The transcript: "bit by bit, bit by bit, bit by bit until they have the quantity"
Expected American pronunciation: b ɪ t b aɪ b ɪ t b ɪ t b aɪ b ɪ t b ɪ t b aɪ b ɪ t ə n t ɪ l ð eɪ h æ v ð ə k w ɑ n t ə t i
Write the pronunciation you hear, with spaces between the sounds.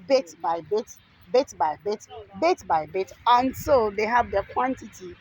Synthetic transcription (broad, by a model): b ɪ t b aɪ b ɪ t b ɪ t b aɪ b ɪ t b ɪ t b aɪ b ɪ t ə n s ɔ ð eɪ h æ v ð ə k w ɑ n t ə t i